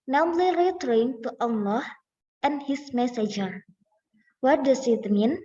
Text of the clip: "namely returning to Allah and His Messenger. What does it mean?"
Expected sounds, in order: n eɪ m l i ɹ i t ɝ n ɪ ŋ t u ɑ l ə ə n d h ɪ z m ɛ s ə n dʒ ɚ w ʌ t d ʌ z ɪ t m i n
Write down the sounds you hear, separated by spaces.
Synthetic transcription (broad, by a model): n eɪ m l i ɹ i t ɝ ɪ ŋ t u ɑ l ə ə n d h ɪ s m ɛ s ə dʒ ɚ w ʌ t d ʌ s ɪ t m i n